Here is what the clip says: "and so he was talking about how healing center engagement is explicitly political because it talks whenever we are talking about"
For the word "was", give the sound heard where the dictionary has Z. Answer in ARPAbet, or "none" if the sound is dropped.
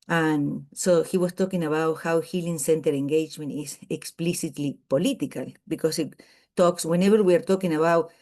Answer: S